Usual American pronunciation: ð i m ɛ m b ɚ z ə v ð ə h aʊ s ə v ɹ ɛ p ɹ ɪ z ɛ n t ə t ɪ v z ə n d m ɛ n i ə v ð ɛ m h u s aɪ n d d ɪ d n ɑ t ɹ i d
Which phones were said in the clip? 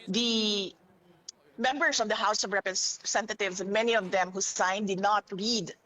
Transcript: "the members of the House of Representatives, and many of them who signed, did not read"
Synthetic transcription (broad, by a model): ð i m ɛ m b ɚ s ə v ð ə h aʊ s ə v ɹ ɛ p ɹ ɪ s ɛ n t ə t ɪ v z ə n m ɛ n i ə v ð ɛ m h u s aɪ n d d ɪ d n ɑ t ɹ i d